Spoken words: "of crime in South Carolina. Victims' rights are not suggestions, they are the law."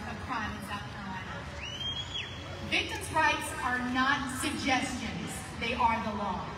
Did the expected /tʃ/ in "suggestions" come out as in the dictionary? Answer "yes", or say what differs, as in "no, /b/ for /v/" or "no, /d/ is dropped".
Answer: yes